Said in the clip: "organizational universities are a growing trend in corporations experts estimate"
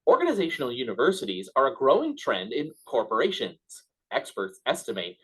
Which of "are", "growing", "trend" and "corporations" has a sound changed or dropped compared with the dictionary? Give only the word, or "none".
none